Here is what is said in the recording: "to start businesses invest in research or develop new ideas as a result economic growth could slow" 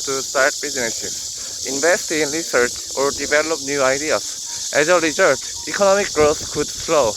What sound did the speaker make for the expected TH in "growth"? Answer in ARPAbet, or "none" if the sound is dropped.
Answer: S